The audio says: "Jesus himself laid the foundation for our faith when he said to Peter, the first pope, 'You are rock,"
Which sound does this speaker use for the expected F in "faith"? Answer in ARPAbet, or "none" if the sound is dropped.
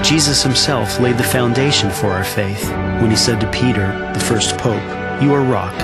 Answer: F